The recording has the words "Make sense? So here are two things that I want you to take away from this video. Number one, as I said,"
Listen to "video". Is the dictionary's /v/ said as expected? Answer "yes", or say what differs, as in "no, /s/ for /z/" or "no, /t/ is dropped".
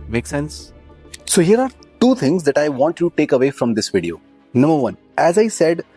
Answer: yes